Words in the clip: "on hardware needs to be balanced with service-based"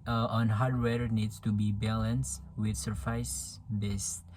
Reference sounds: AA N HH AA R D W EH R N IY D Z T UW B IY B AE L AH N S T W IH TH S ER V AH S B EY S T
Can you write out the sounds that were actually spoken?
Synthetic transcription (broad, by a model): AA N HH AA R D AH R N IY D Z T UW B IY B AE L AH N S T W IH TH S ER F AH S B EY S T